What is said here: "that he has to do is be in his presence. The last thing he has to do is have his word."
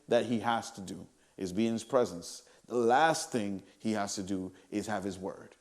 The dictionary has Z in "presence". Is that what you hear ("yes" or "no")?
yes